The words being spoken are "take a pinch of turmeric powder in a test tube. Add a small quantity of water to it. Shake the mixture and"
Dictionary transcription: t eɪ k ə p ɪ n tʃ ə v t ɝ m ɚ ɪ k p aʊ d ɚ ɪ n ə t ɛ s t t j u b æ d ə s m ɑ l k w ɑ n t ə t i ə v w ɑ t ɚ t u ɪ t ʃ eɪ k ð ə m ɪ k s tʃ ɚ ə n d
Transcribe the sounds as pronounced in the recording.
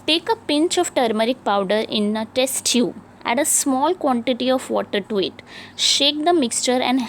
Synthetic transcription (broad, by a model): t eɪ k ə p ɪ n tʃ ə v t ɝ m ɚ ɪ k p aʊ d ɚ ɪ n ə t ɛ s t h j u æ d ə s m ɑ l k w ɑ n t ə t i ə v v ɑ t ɚ t u ɪ t ʃ eɪ k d ə m ɪ k s tʃ ɚ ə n d